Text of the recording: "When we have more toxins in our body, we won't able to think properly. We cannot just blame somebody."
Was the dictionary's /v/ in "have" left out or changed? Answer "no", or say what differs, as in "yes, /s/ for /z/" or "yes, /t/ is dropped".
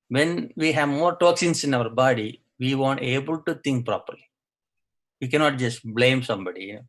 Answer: no